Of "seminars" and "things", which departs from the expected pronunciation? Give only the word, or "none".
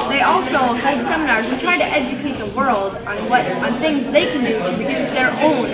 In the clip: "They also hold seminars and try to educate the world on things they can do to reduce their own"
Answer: none